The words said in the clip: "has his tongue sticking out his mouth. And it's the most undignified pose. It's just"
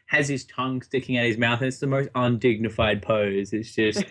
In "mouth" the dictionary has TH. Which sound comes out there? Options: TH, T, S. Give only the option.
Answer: TH